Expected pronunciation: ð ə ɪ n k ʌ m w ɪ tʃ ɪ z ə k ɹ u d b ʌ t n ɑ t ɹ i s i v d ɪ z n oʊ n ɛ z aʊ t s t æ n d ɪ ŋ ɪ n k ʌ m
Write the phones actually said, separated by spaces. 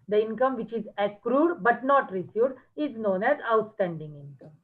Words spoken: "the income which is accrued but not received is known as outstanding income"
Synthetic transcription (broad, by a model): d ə ɪ n k ʌ m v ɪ tʃ ɪ z ə k ɹ u d b ʌ t n ɑ t ɹ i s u d ɪ z n oʊ n ɛ z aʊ t s t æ n d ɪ ŋ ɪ n k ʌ m